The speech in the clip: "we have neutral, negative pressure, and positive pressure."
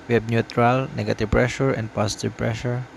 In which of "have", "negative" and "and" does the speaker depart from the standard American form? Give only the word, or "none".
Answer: have